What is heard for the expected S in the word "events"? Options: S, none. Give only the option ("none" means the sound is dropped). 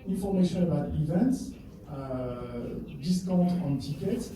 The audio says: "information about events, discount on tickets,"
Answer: S